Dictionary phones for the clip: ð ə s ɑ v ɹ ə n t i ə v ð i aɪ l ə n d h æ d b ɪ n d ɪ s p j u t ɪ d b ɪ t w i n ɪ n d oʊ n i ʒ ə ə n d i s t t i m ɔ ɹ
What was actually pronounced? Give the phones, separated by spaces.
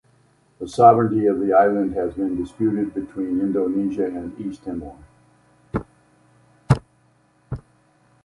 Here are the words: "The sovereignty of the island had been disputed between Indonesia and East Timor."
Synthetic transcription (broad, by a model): ð ə s ɑ v ɹ ə n t i ə v ð i aɪ l ə n d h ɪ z b ɪ n d ɪ s p j u t ɪ d b ɪ t w i n ɪ n d oʊ n i ʒ ə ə n i s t t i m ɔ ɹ